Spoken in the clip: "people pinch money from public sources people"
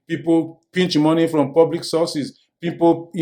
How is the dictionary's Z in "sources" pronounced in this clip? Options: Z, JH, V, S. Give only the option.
S